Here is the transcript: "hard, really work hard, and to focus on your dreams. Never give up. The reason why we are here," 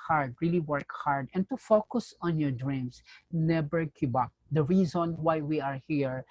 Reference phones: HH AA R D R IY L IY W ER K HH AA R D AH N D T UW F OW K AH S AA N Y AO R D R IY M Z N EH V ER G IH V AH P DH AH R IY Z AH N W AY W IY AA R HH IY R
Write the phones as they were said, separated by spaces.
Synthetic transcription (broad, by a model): HH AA R D R IY L IY W ER K HH AA R D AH N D T UW F OW K AH S AA N Y AO R D R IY M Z N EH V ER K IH B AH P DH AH R IY Z AH N W AY W IY AA R HH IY R